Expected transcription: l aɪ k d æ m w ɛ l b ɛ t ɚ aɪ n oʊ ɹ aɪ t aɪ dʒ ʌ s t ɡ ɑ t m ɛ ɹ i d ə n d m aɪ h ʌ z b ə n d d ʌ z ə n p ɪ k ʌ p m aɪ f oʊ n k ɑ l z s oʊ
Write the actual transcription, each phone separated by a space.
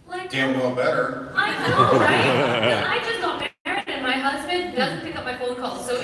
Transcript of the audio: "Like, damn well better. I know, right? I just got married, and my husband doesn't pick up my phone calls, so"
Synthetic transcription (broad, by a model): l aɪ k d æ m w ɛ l b ɛ t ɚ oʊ ɹ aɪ aɪ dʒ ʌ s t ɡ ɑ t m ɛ ɹ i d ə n m aɪ h ʌ z b ə n d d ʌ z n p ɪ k ʌ p m aɪ f oʊ n k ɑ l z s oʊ